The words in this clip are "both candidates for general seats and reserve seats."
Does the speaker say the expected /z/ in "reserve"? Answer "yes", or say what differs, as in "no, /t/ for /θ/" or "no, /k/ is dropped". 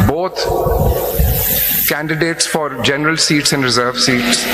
yes